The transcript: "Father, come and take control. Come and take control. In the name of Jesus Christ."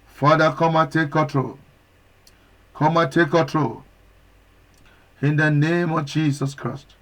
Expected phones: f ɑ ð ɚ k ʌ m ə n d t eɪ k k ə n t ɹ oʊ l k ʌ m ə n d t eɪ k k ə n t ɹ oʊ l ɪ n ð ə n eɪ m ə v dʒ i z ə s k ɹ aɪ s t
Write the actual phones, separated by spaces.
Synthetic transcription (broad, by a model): f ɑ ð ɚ k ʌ m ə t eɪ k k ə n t ɹ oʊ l k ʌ m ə t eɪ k k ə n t ɹ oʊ l ɪ n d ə n eɪ m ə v dʒ i s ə s k ɹ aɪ s t